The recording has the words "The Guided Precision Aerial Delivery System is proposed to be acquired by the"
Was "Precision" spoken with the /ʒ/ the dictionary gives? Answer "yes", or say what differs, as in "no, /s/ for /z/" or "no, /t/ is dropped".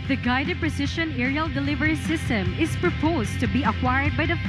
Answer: no, /ʃ/ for /ʒ/